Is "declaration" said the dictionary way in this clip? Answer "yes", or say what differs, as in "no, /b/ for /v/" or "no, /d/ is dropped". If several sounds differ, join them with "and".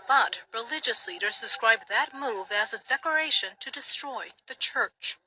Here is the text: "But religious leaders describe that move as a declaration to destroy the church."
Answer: no, /l/ is dropped